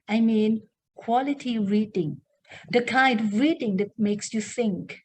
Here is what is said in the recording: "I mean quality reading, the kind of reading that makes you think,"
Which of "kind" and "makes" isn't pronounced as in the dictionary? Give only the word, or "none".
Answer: none